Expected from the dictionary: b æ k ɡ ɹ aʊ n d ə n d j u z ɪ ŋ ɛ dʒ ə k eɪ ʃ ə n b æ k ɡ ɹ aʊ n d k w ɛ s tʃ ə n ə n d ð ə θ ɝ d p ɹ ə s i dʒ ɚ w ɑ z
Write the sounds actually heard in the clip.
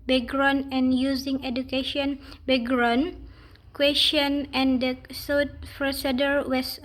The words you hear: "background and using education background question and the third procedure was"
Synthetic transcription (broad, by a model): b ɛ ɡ ɹ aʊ n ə n j u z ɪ ŋ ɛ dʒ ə k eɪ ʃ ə n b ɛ ɡ ɹ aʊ n k w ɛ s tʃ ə n ə n d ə s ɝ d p ɹ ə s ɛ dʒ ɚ w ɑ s